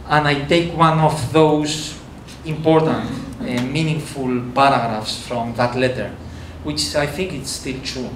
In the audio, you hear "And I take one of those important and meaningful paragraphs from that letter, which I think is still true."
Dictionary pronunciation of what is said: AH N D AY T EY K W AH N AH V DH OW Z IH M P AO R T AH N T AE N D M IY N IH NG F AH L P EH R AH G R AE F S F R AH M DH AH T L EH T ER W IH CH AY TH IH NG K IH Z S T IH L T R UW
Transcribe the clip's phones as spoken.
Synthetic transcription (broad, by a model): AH N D AY T EY K W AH N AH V DH OW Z IH M P AO R T AH N T M IY N IH NG F AH L P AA R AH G R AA F S F R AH M DH AH T L EH T ER W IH CH AY TH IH NG K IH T S T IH L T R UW